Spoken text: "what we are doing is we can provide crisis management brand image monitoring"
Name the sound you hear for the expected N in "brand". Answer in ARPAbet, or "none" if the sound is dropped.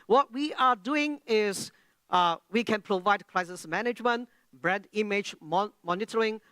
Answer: none